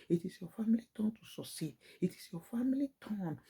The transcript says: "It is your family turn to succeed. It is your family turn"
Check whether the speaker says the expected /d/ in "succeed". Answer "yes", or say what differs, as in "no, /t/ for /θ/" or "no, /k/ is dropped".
no, /d/ is dropped